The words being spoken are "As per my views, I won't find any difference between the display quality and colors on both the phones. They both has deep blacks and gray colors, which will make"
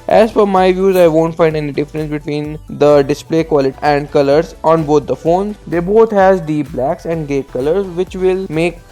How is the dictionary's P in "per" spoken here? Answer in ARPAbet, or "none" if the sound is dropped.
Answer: F